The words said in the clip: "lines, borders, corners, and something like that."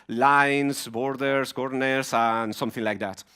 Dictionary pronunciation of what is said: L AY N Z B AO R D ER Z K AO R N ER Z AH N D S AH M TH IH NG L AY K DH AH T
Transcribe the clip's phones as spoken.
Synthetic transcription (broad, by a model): L AY N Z B AO R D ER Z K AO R N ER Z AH N S AH M TH IH NG L AY K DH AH T